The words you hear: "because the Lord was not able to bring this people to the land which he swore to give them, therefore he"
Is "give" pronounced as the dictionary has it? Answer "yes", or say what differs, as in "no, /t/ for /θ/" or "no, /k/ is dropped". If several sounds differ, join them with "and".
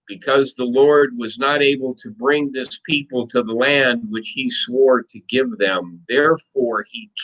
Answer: yes